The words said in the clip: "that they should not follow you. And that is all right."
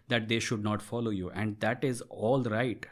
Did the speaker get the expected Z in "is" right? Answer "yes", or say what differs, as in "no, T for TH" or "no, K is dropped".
yes